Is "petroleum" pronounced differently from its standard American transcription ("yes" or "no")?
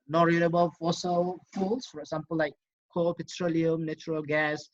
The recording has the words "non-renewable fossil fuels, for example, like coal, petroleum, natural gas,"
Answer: no